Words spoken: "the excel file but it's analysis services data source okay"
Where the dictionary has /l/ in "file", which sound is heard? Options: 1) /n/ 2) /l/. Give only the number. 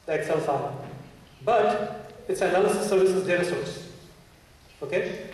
1